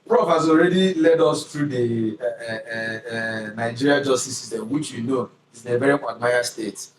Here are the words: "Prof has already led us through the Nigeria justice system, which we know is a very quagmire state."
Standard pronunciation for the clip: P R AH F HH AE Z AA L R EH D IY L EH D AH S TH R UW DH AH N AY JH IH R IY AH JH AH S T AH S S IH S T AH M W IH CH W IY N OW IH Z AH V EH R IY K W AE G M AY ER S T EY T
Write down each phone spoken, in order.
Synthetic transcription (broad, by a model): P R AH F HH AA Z AA L R EH D IY L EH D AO S T R UW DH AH N AY JH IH R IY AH JH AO S T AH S S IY S T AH M W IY CH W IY N OW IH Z AH V EH R IY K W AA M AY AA S T EY T